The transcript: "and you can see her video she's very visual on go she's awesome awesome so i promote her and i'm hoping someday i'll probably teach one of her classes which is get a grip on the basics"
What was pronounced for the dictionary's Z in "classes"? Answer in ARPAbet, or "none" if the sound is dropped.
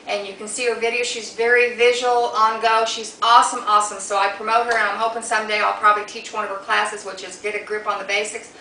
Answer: Z